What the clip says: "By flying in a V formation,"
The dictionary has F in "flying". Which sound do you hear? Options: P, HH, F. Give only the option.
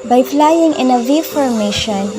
P